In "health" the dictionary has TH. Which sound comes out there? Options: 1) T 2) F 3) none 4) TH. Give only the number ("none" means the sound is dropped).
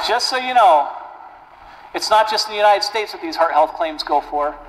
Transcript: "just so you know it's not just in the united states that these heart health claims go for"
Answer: 4